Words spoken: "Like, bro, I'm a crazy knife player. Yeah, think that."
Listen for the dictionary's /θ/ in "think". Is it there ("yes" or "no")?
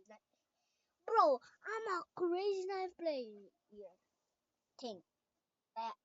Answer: no